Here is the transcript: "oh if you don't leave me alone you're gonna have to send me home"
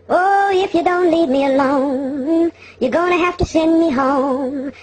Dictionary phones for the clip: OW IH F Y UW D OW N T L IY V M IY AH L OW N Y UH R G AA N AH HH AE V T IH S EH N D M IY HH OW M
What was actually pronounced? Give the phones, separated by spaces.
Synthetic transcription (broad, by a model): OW IH F Y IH D OW N T L IY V M IY AH L OW N Y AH R G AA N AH HH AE F T IH S EH N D M IY HH OW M